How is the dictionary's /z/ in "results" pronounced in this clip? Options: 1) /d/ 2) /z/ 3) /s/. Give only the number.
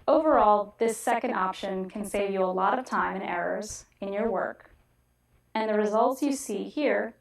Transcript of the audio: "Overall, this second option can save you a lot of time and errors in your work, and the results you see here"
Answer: 2